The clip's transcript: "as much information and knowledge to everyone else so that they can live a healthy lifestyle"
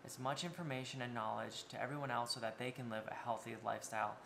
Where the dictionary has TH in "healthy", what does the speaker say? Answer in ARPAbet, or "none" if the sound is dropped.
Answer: TH